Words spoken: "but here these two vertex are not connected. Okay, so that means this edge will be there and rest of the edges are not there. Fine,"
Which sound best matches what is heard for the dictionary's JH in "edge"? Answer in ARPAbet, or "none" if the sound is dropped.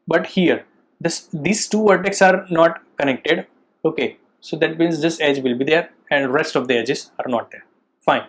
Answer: JH